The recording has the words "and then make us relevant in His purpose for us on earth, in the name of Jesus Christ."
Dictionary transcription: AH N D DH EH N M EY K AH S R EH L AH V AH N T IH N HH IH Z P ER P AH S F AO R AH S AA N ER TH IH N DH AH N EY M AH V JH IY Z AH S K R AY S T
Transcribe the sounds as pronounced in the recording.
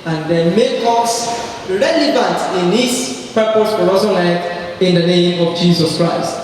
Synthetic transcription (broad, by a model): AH N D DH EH M EY K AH S R EH L AH V AH N T IH N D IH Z P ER P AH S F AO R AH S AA L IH T IH N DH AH N EY M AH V JH IY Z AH S K R AY S T